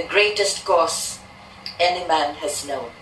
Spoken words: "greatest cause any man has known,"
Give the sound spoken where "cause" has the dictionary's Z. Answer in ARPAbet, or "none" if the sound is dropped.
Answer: S